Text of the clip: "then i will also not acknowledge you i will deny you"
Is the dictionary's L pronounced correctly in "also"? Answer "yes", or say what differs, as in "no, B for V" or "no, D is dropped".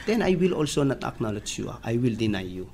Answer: yes